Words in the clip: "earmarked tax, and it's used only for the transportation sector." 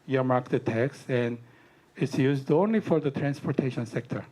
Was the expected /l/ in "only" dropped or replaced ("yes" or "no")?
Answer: no